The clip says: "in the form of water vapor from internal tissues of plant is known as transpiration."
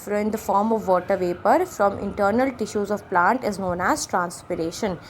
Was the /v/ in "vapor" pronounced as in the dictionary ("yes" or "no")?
yes